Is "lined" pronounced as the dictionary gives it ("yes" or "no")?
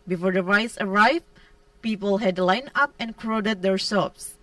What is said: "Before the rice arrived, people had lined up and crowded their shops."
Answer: no